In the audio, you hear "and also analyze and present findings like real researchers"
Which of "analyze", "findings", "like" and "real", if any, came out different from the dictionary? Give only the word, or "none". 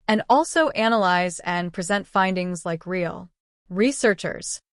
none